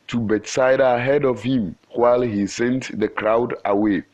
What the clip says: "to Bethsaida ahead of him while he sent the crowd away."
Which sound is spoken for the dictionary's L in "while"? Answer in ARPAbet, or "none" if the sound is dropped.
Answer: L